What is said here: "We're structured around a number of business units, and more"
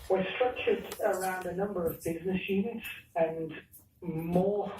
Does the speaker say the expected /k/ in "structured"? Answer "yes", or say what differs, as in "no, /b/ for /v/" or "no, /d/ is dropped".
no, /k/ is dropped